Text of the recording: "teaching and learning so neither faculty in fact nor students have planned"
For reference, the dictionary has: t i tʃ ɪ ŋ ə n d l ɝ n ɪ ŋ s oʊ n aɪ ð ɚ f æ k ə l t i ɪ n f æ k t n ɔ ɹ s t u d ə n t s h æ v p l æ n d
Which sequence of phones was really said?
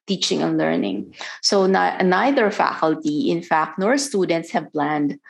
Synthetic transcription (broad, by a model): t i tʃ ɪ ŋ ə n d l ɝ n ɪ ŋ s oʊ n aɪ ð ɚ f æ k ə l t i ɪ n f æ k t n ɔ ɹ s t u d ə n t s h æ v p l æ n d